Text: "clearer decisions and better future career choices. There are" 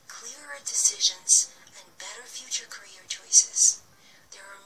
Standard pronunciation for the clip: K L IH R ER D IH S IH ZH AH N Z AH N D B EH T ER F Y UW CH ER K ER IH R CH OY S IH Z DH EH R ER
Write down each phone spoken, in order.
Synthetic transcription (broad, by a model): K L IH R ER D IH S IH ZH AH N Z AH N B EH T ER F Y UW CH ER K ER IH R CH OY S IH Z DH EH R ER